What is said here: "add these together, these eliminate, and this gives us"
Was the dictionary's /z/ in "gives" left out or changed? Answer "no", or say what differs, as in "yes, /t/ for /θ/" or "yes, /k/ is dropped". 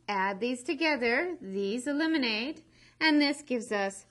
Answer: no